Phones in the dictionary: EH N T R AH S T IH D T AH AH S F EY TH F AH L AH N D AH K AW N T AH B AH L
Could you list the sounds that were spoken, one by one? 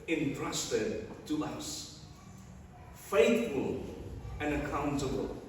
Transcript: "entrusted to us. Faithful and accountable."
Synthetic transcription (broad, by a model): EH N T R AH S T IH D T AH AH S F EY TH F AH L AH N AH K AW N T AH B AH L